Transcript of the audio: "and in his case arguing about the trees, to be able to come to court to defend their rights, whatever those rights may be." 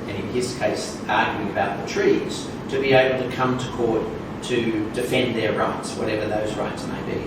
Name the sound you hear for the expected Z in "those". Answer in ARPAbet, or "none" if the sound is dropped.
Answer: Z